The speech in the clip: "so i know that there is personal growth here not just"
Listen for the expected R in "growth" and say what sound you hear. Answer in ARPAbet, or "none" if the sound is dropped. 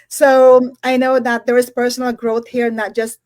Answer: R